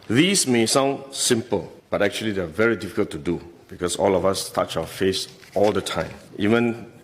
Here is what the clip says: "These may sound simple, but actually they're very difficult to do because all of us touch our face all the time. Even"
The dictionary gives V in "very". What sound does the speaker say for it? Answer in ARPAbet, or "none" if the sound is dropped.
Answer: V